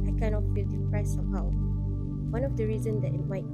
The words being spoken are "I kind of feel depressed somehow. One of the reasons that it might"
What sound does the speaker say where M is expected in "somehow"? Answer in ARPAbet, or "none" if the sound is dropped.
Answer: none